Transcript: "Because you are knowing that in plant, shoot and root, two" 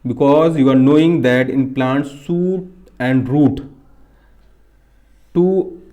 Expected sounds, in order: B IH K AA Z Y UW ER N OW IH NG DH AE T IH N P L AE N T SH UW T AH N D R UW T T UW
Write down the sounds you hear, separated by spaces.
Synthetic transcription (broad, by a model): B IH K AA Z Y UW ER N OW IH NG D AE T IH N P L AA N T S UW T AH N D R UW T T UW